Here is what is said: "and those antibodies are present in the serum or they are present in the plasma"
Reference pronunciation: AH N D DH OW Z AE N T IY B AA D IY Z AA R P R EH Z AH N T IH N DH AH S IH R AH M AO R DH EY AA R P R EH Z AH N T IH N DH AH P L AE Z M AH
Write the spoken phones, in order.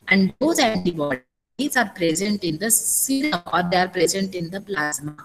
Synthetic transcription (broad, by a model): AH N D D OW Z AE N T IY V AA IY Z AA R P R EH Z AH N T IH N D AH S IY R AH AO R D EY AA R P R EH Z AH N T IH N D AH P L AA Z M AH